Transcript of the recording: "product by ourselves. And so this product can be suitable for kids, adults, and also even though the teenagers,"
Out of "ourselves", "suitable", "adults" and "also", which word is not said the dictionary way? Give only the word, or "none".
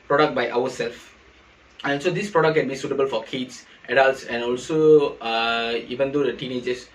ourselves